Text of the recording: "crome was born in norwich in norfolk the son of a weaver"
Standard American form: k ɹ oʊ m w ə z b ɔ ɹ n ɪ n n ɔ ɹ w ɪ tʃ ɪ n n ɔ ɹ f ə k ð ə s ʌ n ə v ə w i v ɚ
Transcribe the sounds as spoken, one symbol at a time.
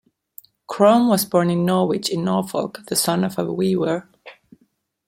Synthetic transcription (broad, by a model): k ɹ oʊ m w ə z b ɔ ɹ n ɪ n n ɔ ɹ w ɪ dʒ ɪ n n ɔ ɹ f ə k ð ə s ʌ n ə v ə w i w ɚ